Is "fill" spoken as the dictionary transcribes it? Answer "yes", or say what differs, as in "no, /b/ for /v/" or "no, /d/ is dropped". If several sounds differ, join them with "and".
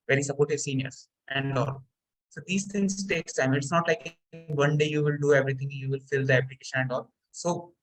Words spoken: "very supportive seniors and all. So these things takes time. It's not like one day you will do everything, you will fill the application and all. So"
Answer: yes